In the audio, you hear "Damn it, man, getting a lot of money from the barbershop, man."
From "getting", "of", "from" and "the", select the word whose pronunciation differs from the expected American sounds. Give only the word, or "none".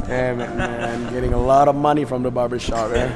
none